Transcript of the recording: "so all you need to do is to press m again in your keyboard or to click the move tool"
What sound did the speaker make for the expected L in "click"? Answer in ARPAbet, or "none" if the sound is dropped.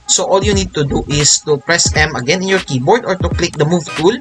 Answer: L